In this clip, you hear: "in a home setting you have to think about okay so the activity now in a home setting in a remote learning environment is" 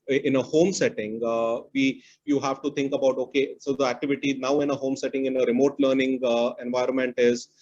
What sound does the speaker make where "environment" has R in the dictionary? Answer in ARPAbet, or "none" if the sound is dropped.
R